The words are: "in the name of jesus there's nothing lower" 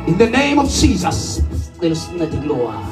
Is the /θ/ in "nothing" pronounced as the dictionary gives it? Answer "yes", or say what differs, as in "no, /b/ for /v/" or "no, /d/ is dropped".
no, /t/ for /θ/